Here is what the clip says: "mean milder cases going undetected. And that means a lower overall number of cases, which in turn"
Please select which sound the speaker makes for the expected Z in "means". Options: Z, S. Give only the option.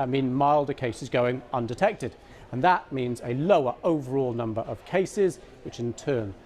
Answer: Z